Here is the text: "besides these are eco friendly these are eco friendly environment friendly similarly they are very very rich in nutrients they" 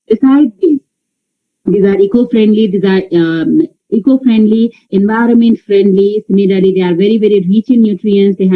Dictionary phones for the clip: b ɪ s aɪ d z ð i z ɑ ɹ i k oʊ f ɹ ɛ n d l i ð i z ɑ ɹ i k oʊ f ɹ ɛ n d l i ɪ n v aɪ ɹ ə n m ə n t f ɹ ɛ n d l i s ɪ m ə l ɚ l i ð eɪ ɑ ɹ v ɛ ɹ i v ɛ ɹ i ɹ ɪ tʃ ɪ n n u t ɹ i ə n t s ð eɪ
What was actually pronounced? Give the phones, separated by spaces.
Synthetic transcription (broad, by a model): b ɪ s aɪ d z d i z ɑ ɹ i k oʊ f ɹ ɛ n d l i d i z ɑ ɹ i k oʊ f ɹ ɛ n d l i ɪ n v aɪ ɹ ə n m ə n t f ɹ ɛ n d l i s ɪ m ə l ɚ l i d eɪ ɑ ɹ v ɛ ɹ i v ɛ ɹ i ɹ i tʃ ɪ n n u t ɹ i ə n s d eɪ